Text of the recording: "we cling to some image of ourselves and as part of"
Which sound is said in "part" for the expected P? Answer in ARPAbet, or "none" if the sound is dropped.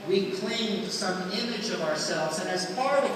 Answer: F